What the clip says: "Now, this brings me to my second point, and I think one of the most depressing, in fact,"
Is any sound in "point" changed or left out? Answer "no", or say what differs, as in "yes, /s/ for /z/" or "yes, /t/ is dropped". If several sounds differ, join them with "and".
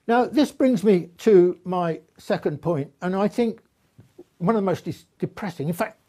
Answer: no